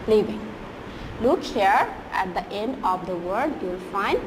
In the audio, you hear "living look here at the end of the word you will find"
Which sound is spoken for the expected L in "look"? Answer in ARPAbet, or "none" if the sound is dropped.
L